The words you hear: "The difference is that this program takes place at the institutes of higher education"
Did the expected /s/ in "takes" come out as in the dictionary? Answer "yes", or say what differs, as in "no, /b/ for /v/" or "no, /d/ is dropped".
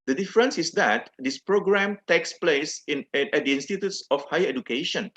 yes